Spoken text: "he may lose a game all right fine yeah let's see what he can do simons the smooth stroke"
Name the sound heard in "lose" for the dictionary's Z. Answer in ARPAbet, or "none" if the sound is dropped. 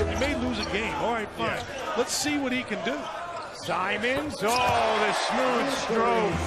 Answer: Z